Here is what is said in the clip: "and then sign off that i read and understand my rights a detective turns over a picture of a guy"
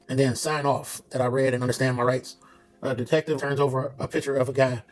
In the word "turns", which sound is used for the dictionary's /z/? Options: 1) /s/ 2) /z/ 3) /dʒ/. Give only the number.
2